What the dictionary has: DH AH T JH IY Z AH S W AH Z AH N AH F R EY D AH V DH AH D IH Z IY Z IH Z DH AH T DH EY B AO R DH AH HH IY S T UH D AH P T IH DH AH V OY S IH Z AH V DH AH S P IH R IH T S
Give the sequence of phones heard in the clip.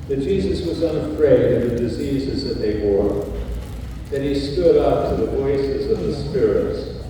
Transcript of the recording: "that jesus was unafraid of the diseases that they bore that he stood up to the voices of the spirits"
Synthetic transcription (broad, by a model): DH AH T JH IY Z AH S W AH Z AH N AH F R EY D AH V DH AH D IH Z IY Z IH Z DH AH T DH EY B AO R DH AH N IY S T UH D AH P T IH DH AH V OY S IH Z AH V DH AH S P IH R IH T S